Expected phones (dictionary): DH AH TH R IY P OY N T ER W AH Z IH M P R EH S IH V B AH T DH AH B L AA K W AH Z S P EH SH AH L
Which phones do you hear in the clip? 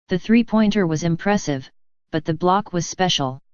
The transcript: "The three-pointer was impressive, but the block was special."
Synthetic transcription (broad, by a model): DH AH TH R IY P OY N T ER W AH Z IH M P R EH S IH V B AH T DH AH B L AA K W AH Z S P EH SH L